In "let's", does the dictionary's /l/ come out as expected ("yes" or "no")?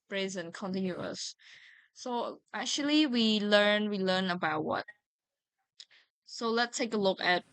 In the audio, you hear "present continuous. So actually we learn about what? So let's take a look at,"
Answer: yes